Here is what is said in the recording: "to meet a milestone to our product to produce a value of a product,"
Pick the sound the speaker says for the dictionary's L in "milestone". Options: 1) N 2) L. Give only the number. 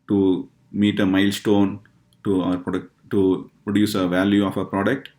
2